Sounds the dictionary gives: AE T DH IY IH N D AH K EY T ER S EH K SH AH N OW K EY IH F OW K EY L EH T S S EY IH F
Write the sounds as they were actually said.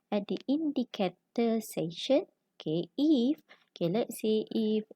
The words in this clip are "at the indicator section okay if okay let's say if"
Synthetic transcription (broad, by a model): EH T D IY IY N D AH K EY T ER S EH SH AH N OW K EY IH F OW K EY L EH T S S EY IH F